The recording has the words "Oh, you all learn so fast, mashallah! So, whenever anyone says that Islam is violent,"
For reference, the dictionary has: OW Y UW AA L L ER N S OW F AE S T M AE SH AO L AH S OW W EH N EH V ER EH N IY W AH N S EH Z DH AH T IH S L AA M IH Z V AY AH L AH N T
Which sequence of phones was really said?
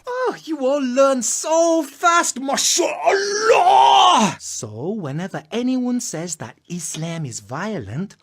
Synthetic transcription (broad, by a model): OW Y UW AA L L ER N S OW F AE S T M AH SH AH L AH S OW W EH N EH V ER EH N IY W AH N S EH Z DH AH T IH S L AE M IH Z V AY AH L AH N T